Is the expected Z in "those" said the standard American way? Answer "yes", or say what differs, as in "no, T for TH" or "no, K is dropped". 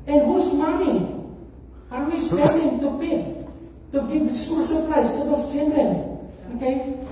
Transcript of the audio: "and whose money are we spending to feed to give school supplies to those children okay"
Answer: no, Z is dropped